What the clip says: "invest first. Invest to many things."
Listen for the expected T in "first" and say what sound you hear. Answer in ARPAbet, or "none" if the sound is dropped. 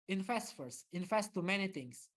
none